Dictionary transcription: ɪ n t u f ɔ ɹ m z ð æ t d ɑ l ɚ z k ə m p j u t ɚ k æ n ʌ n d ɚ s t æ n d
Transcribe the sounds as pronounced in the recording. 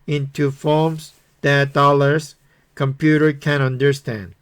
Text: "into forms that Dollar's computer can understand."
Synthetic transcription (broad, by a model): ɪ n t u f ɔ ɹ m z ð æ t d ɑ l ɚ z k ə m p j u t ɚ k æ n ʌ n d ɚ s t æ n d